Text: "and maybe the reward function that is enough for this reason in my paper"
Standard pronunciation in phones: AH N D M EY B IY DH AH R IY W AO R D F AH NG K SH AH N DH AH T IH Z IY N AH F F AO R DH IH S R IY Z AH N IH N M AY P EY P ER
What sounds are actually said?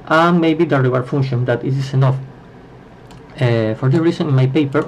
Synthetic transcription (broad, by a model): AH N M EY B IY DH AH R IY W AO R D F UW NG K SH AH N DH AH T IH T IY N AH F F AO R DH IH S R IY S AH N IH N M AY P EY P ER